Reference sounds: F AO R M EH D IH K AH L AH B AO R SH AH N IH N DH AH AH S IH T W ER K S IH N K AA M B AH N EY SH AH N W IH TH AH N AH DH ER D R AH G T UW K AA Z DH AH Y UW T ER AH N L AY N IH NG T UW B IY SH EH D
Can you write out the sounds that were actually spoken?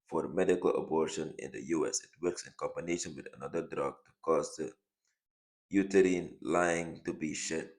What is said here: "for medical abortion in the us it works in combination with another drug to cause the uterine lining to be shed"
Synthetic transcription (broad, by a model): F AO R M EH D IH K AH L AH B AO R SH AH N IH N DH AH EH S IH T W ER K S IH N K AA M B AH N EY SH AH N W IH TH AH N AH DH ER D R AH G T UW K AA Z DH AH Y UW T ER AH N L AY IH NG T UW B IY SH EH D